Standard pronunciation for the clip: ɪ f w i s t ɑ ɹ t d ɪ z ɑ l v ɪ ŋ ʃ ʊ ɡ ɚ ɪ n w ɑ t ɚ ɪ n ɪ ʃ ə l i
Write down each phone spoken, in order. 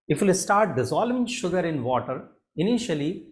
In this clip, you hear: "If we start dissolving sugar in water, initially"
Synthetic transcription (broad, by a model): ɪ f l s t ɑ ɹ t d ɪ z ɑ l ɪ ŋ ʃ ʊ ɡ ɚ ɪ n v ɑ t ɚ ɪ n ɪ ʃ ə l i